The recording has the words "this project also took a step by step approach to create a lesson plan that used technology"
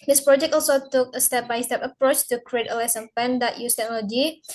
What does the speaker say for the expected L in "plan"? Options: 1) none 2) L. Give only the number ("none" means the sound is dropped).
1